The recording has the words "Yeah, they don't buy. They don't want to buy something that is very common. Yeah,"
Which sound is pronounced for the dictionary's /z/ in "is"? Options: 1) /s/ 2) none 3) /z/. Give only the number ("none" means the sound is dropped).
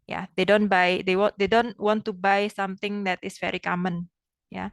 1